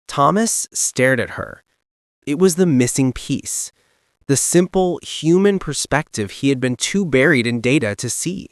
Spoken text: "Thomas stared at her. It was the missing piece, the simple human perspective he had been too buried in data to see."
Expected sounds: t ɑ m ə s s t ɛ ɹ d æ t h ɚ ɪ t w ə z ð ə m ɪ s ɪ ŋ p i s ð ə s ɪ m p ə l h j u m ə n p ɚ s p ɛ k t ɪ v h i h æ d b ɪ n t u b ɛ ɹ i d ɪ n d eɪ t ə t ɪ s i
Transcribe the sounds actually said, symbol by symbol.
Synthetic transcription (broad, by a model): t ɑ m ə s s t ɛ ɹ d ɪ t h ɚ ɪ t w ə z ð ə m ɪ s ɪ ŋ p i s ð ə s ɪ m p l h j u m ə n p ɚ s p ɛ k t ɪ v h i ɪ d b ɪ n t u b ɛ ɹ i d ɪ n d eɪ t ə t ɪ s i